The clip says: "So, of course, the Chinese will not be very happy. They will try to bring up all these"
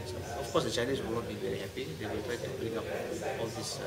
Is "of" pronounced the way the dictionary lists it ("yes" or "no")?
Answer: no